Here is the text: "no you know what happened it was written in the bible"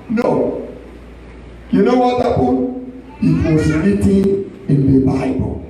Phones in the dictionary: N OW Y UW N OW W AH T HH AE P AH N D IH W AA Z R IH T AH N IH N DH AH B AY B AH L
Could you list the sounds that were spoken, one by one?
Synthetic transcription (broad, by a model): N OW Y UW N OW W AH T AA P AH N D IH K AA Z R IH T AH IH N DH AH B AY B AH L